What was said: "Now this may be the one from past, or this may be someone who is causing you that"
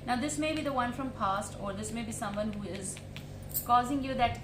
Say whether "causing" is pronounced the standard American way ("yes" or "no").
yes